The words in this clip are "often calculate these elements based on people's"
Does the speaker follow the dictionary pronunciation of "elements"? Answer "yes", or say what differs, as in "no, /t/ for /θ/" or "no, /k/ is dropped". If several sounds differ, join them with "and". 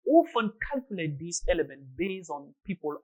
no, /s/ is dropped